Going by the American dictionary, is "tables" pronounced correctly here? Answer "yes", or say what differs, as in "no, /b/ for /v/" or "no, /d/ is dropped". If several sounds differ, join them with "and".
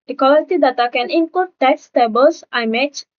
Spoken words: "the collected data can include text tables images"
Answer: no, /s/ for /z/